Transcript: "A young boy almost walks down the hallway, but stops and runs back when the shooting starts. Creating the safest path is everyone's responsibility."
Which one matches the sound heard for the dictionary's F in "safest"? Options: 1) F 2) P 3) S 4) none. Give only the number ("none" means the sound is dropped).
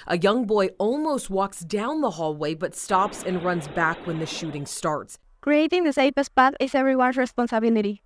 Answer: 2